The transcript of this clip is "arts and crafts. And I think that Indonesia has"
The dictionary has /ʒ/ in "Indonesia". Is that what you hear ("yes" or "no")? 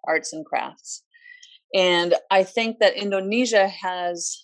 yes